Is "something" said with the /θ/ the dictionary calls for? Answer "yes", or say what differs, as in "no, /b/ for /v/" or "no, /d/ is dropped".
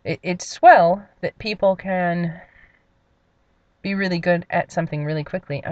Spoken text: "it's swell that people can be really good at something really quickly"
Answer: yes